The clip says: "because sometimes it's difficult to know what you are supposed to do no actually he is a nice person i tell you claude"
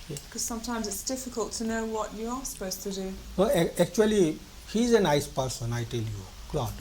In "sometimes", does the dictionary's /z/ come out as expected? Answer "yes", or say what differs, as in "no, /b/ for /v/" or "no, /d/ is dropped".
yes